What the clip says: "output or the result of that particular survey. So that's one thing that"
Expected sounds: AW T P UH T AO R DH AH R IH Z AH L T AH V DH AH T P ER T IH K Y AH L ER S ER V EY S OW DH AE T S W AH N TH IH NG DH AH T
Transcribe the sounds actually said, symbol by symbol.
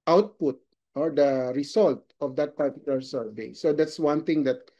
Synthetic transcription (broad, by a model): AW T P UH T AO R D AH R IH S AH L T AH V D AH T P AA T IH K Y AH L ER S ER V EY S OW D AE T S W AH N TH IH NG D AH T